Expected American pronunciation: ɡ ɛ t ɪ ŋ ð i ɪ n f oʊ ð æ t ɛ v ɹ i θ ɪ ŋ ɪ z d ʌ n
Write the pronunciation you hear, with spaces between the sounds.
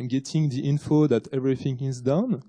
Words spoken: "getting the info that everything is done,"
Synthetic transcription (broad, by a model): ɡ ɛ t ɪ ŋ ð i ɪ n f oʊ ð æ t ɛ v ɹ i θ ɪ ŋ ɪ z d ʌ n